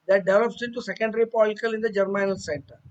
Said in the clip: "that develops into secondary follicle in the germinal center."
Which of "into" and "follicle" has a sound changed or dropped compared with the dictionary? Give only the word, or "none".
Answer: follicle